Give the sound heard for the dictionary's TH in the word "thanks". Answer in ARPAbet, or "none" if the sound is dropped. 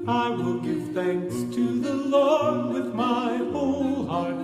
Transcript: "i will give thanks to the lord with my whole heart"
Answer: TH